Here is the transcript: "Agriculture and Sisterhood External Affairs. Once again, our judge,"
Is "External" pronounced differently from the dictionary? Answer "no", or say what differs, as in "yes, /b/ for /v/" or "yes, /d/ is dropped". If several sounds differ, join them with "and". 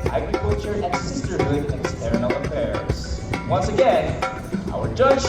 yes, /n/ is dropped and /n/ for /l/